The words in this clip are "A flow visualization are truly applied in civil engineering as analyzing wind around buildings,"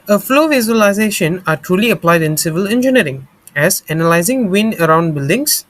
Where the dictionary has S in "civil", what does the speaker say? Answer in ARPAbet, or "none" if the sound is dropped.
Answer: S